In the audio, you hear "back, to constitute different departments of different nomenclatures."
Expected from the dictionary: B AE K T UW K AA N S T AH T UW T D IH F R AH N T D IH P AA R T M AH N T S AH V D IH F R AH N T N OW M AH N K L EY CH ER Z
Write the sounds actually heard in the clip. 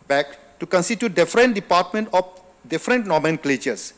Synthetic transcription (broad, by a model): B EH K T UW K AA N S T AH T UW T D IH F R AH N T D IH P AA T M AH N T AH F D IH F R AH N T N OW M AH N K L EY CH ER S